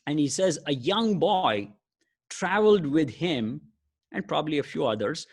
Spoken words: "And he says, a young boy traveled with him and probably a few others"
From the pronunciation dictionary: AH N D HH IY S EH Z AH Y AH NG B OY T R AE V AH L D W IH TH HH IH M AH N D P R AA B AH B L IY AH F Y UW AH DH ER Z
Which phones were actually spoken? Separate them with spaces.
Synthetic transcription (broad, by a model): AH N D HH IY S EH Z AH Y AH NG B OY T R AE V AH L D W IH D HH IH M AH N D P R AA B AH B L IY AH F Y UW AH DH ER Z